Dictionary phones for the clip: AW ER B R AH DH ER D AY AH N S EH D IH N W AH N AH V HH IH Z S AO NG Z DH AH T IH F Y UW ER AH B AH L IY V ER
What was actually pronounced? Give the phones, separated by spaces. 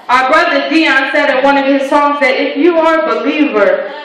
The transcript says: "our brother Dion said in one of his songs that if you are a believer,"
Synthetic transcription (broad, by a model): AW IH B R AH DH ER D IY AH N S EH D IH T W AH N AH V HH IH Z S AO NG Z DH AH T IH F Y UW ER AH B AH L IY V ER